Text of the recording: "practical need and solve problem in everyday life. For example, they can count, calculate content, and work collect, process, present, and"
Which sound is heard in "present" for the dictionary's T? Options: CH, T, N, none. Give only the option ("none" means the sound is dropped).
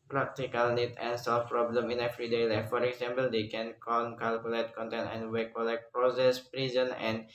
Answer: none